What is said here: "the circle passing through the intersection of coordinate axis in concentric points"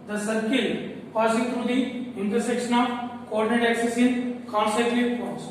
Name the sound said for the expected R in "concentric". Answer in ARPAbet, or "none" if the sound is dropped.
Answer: none